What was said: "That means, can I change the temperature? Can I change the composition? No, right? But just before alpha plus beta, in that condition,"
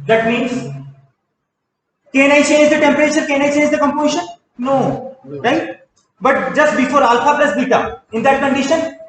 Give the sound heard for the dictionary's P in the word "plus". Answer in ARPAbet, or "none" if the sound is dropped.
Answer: B